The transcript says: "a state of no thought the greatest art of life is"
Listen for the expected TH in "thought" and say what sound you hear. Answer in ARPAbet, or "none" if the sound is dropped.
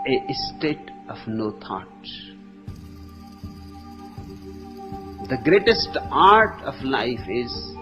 T